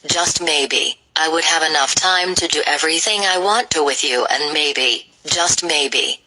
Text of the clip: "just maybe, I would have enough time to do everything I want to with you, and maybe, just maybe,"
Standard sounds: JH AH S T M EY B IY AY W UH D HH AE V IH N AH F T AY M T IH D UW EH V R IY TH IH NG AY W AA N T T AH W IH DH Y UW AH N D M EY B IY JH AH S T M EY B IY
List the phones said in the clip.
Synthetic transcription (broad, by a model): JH AH S T M EY B IY AY W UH D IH V IH N AH F T AY M T IH D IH EH V R IY TH IH NG AY W AA N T T AH W IH DH Y UW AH N M EY B IY JH AH S T M EY B IY